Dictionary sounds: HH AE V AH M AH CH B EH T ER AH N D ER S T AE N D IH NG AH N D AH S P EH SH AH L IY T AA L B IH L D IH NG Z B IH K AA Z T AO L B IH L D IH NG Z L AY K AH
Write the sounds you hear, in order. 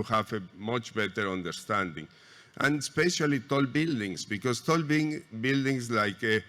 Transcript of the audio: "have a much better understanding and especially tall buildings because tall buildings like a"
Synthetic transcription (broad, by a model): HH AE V AH M AH CH B EH T ER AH N D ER S T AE N D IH NG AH N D AH S P EH SH AH L IY T AA L B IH L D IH NG S B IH K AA S T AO L B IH L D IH NG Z L AY K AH